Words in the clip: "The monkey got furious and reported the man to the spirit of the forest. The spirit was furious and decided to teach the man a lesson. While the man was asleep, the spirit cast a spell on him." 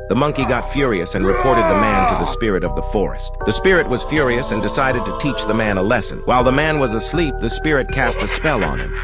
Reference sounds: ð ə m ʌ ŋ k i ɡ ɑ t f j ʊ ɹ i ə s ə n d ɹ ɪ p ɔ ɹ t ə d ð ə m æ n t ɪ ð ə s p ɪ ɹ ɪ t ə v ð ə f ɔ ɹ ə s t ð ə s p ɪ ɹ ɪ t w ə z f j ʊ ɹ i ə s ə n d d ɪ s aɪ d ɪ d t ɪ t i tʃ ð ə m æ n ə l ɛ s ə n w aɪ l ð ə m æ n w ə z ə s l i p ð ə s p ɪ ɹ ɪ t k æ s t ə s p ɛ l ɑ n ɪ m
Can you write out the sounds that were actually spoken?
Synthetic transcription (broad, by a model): ð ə m ʌ ŋ k i ɡ ɑ t f j ʊ ɹ i ə s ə n ɹ ɪ p ɔ ɹ t ə d ð ə m æ n t ɪ ð ə s p ɪ ɹ ɪ t ə v ð ə f ɔ ɹ ə s t ð ə s p ɪ ɹ ɪ t w ə z f j ʊ ɹ i ə s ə n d d ɪ s aɪ d ɪ d t ɪ t i tʃ ð ə m æ n ə l ɛ s ə n w aɪ l ð ə m æ n w ə z ə s l i p ð ə s p ɪ ɹ ɪ t k æ s t ə s p ɛ l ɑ n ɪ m